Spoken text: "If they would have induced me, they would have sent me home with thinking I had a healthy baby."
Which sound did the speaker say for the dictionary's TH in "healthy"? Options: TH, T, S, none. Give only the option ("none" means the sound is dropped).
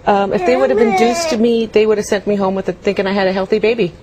TH